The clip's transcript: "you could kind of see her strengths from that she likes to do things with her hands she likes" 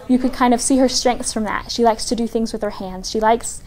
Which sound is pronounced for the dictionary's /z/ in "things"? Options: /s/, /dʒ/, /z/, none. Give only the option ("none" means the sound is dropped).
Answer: /z/